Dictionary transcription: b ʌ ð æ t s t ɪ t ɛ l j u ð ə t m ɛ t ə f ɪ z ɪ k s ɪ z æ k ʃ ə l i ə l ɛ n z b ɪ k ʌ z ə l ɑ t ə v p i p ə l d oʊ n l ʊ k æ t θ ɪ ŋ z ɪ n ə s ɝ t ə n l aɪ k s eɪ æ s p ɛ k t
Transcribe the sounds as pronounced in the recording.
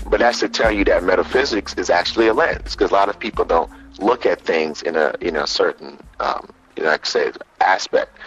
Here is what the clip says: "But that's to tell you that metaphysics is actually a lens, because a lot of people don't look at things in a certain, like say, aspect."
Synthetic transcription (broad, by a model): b ʌ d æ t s t ɪ t ɛ l j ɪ ð ə t m ɛ t ə f ɪ z ɪ k s ɪ z æ k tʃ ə l i ə l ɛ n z k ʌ z ə l ɑ t ə v p i p l d oʊ n l ʊ k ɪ t θ ɪ ŋ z ɪ n ə s ɝ t ə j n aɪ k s eɪ æ s p ɛ k t